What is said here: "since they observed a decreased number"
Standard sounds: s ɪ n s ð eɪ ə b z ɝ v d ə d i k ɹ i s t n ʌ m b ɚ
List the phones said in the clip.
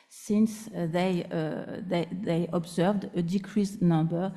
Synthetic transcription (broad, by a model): s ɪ n s ð eɪ ə b z ɝ v d ə d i k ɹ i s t n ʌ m b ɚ